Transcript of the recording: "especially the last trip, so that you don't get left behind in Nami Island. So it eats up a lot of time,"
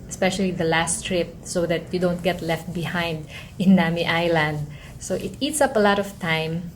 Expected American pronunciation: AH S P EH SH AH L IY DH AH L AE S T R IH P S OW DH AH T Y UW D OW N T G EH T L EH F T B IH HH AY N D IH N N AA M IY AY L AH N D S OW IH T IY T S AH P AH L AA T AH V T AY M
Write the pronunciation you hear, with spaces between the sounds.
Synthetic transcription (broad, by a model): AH S P EH SH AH L IY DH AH L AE S T R IH P S OW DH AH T Y UW D OW N T G EH T L EH F T B IH HH AY N D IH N N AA M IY AY L AH N D S OW IH T IY T S AH P AH L AA T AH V T AY M